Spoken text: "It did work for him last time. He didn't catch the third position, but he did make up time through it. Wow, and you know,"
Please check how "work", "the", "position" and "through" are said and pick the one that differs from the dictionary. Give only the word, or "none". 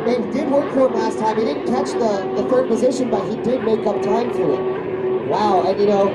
through